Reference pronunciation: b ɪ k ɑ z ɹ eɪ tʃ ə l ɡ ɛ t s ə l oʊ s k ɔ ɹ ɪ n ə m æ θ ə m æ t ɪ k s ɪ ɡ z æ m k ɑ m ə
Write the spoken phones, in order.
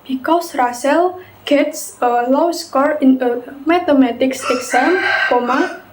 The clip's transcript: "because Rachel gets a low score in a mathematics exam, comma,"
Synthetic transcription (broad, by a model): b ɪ k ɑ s ɹ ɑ s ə l ɡ ɛ t s ə l oʊ s k ɔ ɹ ɪ n ə m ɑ t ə m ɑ t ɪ k s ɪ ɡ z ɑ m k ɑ m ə